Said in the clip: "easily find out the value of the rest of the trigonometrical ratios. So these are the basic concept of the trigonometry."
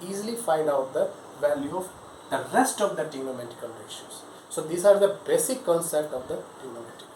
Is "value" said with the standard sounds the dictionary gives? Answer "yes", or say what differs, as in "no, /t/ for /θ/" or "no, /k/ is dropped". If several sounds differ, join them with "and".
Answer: yes